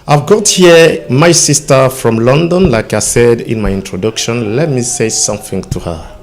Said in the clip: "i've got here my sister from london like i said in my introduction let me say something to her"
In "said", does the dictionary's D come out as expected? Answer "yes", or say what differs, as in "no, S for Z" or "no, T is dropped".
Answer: yes